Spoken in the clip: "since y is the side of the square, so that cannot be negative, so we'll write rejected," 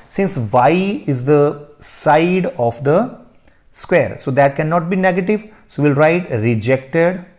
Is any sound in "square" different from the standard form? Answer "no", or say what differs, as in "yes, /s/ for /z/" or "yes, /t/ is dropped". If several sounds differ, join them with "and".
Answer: no